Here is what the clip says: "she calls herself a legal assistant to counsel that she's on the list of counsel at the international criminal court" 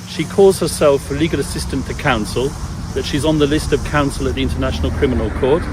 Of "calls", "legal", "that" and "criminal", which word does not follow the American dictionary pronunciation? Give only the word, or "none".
none